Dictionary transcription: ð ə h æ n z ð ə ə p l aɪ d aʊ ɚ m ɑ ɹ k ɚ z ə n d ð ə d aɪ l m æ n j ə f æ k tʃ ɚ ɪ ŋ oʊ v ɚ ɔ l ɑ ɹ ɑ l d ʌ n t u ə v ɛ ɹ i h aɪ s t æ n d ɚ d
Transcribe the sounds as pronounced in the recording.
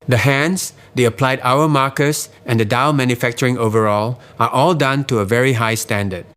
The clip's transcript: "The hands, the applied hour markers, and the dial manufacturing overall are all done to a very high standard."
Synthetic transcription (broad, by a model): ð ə h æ n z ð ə ə p l aɪ d aʊ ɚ m ɑ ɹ k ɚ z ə n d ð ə d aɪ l m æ n j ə f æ k tʃ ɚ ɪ ŋ oʊ v ɚ ɔ l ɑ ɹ ɑ l d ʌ n t u ə v ɛ ɹ i h aɪ s t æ n d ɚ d